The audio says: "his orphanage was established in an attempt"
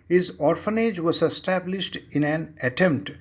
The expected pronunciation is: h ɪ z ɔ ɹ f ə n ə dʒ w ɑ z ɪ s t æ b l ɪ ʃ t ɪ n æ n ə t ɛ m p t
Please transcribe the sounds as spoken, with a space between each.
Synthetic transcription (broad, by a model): h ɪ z ɔ ɹ f ə n ə dʒ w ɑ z ɪ s t æ b l ɪ ʃ t ɪ n æ n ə t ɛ m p t